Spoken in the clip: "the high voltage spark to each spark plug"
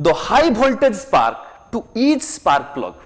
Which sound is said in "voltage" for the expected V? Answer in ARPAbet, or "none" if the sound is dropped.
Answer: B